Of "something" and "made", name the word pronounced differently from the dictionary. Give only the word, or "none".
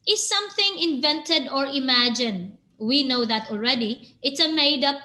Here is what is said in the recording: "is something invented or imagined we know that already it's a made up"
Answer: none